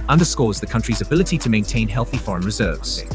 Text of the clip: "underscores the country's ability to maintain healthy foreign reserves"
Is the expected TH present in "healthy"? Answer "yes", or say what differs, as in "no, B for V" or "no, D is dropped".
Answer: yes